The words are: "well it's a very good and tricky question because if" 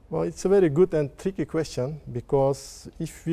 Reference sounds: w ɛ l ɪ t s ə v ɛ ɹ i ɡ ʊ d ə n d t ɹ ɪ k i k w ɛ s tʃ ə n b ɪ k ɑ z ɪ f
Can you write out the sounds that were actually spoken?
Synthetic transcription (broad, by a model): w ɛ l ɪ t s ə v ɛ ɹ i ɡ ʊ d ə n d t ɹ ɪ k i k w ɛ s tʃ ə n b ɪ k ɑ s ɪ f